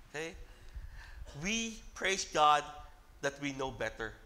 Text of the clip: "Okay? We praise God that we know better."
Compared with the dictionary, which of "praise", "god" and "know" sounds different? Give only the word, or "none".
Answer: praise